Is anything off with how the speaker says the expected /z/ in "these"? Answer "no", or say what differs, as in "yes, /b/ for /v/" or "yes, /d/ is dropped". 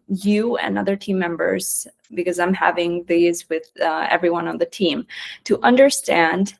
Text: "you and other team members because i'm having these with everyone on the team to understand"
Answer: no